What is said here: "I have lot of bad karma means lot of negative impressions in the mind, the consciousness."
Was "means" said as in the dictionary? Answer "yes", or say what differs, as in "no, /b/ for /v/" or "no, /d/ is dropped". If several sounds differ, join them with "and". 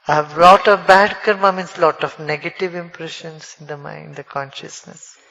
no, /s/ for /z/